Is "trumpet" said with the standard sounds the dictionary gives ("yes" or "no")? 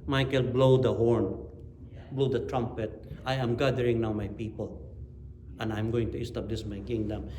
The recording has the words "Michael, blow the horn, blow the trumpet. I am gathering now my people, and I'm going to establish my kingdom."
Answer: yes